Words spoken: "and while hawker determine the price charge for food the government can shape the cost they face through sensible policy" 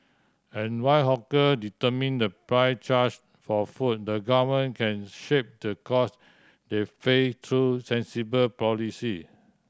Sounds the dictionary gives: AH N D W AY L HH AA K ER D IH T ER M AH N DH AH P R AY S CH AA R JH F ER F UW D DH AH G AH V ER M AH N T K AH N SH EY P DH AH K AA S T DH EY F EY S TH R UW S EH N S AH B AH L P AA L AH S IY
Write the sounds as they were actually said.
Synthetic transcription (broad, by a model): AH N W AY HH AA K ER D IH T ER M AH N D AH P R AY CH AA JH F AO F UW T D AH G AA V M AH N K AH N SH EY P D AH K AA S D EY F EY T R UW S EH N S AH B AH L P AA L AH S IY